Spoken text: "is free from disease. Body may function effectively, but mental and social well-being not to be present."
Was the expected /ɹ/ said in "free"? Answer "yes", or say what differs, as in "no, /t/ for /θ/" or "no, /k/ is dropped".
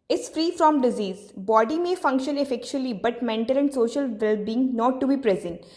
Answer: yes